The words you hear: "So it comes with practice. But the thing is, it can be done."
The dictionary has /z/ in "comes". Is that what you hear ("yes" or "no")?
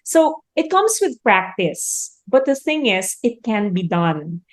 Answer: no